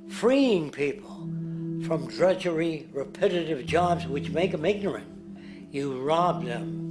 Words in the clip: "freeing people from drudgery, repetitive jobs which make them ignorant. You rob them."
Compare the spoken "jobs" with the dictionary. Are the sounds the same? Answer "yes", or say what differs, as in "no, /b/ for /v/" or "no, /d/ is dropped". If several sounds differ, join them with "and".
yes